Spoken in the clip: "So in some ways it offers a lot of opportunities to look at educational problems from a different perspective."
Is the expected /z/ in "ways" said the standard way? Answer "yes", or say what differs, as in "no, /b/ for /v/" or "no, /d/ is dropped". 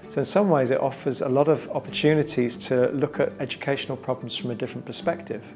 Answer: yes